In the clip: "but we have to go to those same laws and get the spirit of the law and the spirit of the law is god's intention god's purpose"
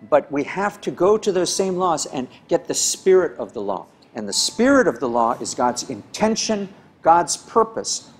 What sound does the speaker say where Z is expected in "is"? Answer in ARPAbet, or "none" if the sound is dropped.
Z